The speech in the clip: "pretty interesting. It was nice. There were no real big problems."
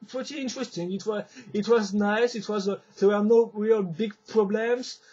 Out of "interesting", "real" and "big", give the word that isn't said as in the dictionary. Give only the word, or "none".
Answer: none